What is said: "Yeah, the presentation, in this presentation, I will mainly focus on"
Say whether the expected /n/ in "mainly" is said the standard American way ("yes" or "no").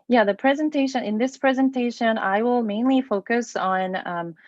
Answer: yes